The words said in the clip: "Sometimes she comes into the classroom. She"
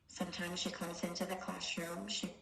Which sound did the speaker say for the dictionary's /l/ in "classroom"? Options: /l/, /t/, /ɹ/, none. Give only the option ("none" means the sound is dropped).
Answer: none